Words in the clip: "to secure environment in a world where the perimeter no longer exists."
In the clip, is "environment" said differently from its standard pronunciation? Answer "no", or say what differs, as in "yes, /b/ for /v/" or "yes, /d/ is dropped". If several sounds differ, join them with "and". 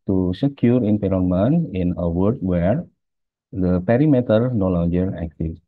yes, /p/ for /v/ and /t/ is dropped